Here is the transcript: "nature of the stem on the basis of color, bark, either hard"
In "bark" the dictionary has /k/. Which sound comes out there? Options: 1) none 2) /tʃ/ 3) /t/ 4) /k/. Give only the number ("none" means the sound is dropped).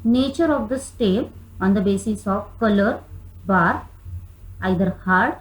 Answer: 1